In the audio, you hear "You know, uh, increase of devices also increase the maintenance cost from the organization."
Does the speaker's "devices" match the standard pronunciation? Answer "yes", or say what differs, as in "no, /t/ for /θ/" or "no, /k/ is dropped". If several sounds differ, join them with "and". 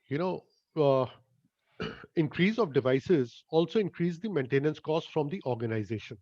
yes